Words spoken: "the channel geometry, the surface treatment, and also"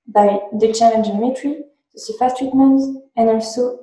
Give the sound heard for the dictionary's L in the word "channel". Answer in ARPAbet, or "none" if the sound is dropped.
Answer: N